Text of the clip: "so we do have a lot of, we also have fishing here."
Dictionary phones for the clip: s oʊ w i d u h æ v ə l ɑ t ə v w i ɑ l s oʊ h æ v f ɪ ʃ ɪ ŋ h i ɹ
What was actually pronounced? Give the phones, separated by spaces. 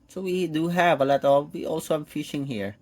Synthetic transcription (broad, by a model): s oʊ w i d u h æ v ə l ɑ t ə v w i ɑ l s oʊ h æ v f ɪ ʃ ɪ ŋ h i ɹ